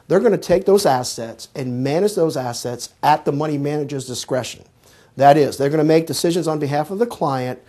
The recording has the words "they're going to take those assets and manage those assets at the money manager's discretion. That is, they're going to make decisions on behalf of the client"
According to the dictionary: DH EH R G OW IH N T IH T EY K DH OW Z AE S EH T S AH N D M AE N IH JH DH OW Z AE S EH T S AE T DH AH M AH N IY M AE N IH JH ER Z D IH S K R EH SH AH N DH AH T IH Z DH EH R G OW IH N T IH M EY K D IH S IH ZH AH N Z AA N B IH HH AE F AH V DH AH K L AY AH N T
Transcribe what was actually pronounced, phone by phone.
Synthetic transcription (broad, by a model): DH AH R G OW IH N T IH T EY K DH OW Z AE S EH T S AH N M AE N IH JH DH OW Z AE S EH T S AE T DH AH M AH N IY M AE N IH JH ER Z D IH S K R EH SH AH N DH AH T IH Z DH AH R G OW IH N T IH M EY K D IH S IH ZH AH N Z N B IH HH AE F AH V DH AH K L AY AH N T